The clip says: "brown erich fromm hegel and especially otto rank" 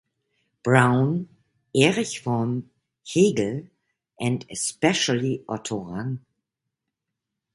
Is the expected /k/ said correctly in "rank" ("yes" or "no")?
no